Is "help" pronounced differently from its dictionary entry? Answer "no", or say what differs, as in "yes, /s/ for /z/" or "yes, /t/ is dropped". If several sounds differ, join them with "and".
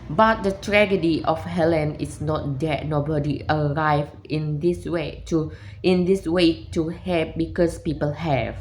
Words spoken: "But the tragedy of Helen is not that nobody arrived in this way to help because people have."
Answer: yes, /l/ is dropped